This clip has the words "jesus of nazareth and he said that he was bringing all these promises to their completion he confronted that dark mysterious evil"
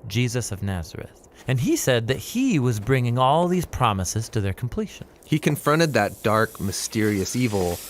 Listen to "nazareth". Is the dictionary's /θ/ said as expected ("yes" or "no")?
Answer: yes